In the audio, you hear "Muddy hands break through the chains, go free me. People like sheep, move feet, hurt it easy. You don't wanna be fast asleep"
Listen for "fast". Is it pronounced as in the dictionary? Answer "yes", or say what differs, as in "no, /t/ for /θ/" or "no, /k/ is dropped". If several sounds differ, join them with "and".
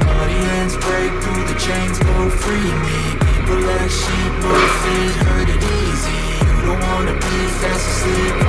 no, /t/ is dropped